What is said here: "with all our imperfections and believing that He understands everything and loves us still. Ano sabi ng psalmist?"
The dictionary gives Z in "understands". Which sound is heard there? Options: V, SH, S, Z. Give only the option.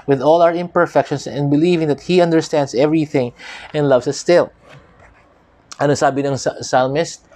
S